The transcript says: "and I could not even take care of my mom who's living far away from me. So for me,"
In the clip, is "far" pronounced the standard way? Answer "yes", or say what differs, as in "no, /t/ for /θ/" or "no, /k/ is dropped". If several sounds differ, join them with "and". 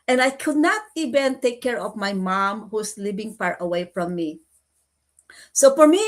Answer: no, /p/ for /f/